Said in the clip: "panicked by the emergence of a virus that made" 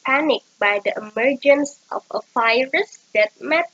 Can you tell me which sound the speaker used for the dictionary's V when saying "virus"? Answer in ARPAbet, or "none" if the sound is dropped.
F